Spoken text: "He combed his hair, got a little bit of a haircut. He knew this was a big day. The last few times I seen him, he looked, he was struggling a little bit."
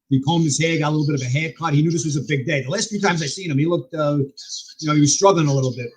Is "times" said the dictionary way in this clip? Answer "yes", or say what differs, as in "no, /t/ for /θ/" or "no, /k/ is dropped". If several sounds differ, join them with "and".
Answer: yes